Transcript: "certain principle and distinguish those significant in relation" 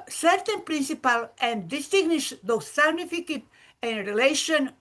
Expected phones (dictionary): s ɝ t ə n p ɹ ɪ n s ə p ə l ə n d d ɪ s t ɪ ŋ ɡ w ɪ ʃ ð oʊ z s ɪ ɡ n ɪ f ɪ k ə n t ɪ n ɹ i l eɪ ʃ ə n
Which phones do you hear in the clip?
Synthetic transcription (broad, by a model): s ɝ t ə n p ɹ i n s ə p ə l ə n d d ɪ s t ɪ ɡ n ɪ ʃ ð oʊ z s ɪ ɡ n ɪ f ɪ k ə t ɪ n ɹ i l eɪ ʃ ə n